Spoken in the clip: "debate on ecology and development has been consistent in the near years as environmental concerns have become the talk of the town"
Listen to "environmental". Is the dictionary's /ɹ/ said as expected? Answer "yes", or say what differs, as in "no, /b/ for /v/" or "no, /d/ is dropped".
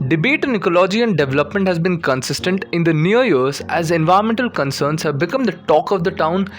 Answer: no, /ɹ/ is dropped